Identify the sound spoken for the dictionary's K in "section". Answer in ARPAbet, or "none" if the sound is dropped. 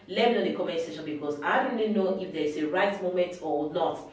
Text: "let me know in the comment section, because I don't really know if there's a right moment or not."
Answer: none